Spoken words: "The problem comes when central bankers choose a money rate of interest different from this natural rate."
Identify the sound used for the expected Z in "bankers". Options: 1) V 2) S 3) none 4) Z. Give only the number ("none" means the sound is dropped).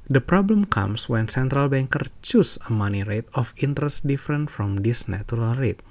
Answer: 3